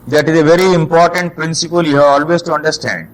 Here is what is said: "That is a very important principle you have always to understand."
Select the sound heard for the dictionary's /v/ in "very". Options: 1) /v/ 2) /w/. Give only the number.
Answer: 1